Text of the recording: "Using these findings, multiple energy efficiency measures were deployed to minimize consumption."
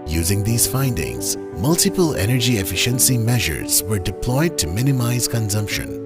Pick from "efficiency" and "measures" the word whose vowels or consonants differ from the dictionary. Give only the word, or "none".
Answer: none